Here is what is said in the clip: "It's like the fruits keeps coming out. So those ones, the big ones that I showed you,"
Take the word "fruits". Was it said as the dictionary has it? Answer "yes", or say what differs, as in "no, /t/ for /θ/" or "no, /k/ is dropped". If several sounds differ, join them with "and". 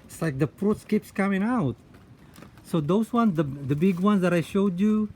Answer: no, /p/ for /f/